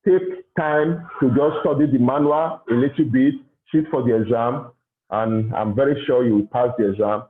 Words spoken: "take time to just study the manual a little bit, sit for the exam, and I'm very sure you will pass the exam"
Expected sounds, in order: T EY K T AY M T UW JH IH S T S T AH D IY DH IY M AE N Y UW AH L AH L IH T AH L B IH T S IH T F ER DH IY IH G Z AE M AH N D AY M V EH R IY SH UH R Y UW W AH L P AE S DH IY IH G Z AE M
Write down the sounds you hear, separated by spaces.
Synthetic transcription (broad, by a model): T EY K T AY M T UW JH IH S S T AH D IY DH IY M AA N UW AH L AH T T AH B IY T SH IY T F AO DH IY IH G Z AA M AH N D AY M V EH R IY SH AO Y UW W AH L P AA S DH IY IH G Z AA M